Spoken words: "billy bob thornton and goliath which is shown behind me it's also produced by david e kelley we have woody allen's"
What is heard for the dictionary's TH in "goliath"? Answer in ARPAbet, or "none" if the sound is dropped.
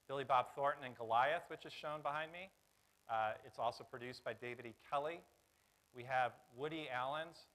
TH